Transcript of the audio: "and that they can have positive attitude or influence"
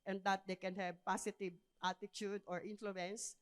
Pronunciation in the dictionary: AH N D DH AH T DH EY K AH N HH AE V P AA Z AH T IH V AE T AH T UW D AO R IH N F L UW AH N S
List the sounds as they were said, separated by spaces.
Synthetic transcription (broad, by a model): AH N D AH T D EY K AH N HH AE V P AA S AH T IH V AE T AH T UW D AO R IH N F L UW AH N S